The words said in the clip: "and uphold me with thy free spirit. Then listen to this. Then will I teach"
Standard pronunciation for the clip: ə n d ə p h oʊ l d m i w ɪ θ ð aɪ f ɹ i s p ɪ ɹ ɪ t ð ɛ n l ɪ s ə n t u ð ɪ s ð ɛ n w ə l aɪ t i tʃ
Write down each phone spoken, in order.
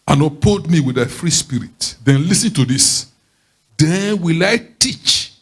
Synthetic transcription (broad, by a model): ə n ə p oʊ d m i w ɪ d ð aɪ f ɹ i s p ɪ ɹ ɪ t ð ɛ n l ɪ s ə n t u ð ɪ s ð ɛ n w ə l aɪ t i tʃ